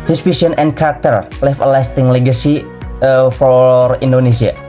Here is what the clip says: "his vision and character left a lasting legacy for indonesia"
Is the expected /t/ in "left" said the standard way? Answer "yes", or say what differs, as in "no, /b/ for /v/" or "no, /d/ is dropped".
no, /t/ is dropped